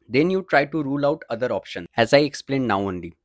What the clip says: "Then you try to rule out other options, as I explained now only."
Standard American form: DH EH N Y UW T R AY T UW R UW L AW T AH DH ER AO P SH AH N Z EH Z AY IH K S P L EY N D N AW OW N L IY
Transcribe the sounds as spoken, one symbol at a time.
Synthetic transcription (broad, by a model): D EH N Y UW T R AY T UW R UW L AW T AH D ER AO P SH AH N EH Z AY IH K S P L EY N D N AW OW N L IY